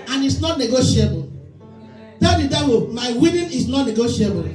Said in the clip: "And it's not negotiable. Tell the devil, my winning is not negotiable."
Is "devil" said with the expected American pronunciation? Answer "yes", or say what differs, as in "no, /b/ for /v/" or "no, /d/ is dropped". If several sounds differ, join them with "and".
no, /w/ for /v/